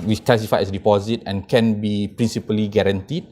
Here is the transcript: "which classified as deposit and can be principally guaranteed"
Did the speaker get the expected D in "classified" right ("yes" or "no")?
no